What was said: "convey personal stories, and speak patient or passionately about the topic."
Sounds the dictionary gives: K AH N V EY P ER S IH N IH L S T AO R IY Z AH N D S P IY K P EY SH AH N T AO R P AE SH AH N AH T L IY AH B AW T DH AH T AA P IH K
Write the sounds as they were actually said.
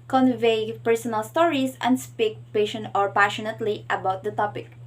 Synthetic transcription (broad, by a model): K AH N V EY P ER S IH N IH L S T AO R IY S AH N D S P IY K P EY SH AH N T AO R P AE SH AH N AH T L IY AH B AW T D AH T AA P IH K